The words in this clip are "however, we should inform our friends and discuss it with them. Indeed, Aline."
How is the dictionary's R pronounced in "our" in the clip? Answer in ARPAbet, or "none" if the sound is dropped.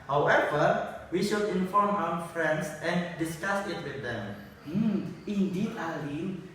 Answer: W